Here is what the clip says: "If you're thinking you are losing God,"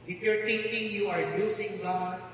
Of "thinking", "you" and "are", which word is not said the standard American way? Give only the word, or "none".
thinking